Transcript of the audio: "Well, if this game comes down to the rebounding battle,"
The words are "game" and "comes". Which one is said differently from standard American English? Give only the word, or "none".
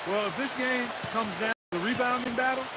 none